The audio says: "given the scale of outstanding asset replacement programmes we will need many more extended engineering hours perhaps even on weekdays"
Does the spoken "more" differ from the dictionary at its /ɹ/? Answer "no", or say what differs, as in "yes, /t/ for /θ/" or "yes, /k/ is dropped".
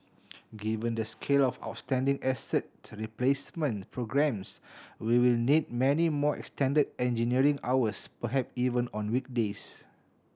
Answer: no